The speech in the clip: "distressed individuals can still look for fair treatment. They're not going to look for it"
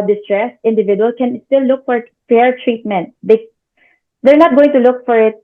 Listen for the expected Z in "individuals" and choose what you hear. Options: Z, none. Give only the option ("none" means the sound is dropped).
none